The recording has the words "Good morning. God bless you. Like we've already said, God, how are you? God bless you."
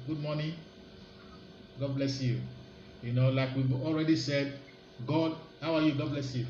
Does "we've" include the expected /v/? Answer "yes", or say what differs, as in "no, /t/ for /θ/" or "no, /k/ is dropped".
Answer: no, /b/ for /v/